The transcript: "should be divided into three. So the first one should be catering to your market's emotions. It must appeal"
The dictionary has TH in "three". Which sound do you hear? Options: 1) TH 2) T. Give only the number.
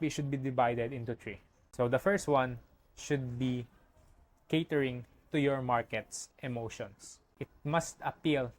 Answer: 2